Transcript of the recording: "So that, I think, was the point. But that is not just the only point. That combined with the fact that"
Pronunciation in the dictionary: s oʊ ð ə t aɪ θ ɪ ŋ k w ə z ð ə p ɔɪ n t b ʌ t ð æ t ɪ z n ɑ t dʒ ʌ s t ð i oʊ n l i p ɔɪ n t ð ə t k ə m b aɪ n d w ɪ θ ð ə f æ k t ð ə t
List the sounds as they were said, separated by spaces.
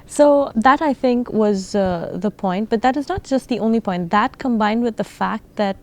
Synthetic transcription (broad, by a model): s oʊ ð ə t aɪ θ ɪ ŋ k w ə z ð ə p ɔɪ n t b ʌ t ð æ t ɪ z n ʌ t dʒ ʌ s t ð i oʊ n l i p ɔɪ n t ð ə t k ə m b aɪ n d w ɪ ð ə f æ k t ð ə t